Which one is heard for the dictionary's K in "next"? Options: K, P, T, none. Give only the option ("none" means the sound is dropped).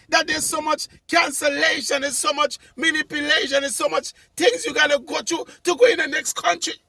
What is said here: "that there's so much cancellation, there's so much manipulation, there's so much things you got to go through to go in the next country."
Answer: K